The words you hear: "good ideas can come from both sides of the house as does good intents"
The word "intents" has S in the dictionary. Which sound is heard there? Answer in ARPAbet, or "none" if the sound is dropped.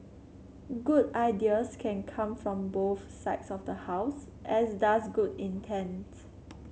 none